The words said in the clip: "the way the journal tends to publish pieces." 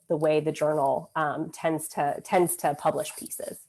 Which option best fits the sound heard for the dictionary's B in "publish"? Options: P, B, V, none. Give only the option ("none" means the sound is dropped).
B